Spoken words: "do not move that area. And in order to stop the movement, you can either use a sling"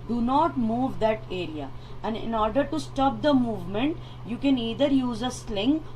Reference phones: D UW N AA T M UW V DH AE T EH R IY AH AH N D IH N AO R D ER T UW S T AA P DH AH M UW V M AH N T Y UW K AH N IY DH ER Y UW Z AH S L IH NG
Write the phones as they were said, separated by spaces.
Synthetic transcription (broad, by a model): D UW N AA T M UW V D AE T EH R IY AH AH N D IH N AO R D ER T UW S T AA P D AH M UW V M AH N T Y UW K AH N IY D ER Y UW Z AH S L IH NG